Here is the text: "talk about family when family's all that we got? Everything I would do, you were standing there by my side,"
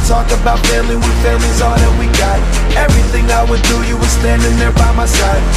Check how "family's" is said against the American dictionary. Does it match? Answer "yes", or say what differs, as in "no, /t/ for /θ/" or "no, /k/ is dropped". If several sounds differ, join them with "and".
no, /m/ is dropped